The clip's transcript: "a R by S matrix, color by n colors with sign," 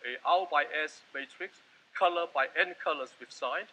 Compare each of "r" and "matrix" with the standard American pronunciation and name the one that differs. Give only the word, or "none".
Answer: r